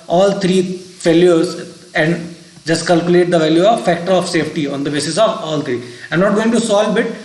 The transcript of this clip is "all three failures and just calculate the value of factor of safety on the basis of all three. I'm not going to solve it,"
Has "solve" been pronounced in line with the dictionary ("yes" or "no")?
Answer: no